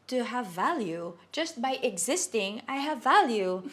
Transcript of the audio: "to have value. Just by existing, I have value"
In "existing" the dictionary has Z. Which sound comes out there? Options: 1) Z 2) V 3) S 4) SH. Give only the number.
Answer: 1